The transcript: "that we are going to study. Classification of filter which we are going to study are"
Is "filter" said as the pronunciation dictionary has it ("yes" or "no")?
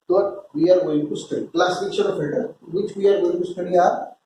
no